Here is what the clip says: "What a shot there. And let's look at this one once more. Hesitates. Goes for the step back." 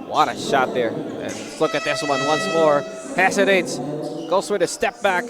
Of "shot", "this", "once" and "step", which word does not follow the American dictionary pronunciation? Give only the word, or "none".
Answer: none